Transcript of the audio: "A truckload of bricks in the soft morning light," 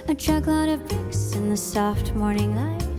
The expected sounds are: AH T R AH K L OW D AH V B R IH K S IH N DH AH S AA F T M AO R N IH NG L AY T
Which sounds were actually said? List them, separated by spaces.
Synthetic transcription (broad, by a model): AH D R AH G L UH D AH V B IH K S IH N DH AH S AA F T M AO R N IH NG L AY